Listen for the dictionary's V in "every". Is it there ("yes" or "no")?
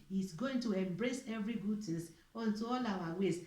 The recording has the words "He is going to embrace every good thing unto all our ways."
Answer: yes